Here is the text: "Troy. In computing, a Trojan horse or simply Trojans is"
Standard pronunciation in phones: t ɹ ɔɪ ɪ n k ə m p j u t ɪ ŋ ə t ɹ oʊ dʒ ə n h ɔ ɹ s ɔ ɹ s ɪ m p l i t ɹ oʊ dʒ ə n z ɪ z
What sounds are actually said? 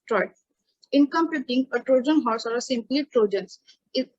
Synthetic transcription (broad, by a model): t ɹ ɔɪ ɪ n k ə m p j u t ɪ ŋ ə t ɹ oʊ dʒ ə n h ɔ ɹ s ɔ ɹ s ɪ m p l i t ɹ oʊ dʒ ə n s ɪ